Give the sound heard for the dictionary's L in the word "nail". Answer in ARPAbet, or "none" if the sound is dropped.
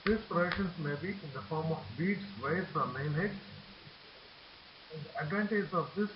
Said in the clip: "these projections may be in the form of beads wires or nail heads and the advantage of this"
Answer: N